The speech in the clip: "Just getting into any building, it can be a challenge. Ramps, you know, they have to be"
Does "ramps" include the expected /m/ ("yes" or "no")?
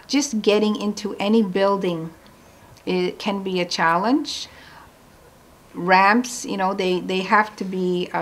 yes